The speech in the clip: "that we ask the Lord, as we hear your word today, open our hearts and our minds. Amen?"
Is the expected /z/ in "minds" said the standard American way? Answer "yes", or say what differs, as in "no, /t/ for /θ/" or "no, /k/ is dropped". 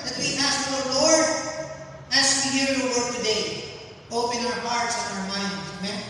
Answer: no, /z/ is dropped